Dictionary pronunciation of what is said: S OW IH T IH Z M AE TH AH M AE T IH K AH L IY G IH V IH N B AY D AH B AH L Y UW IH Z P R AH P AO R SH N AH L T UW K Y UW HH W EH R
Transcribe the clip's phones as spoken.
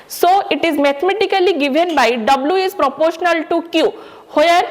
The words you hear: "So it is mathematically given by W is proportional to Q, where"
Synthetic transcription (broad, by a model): S OW IH T IH Z M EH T M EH T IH K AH L IY G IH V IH N B AY D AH B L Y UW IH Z P R AH P AO R SH N AH L T UW K Y UW HH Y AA R